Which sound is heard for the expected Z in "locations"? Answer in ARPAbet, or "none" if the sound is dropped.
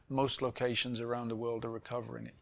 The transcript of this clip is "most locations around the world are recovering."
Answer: Z